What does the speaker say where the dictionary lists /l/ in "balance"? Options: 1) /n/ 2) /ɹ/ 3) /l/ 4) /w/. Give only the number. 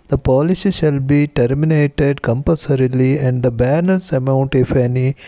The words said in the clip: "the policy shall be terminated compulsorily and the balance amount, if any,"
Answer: 1